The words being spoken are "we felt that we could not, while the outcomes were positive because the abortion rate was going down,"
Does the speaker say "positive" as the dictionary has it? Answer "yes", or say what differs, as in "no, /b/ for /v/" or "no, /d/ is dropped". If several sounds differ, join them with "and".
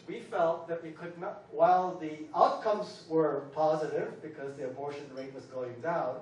yes